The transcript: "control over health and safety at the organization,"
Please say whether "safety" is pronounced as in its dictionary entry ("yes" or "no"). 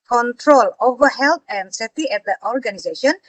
no